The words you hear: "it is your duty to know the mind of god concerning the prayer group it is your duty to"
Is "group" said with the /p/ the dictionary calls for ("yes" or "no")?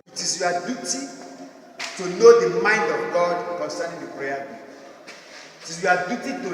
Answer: no